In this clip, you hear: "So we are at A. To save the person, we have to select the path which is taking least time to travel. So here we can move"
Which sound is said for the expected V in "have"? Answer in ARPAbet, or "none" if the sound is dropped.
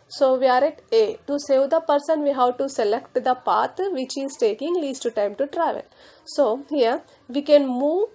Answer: W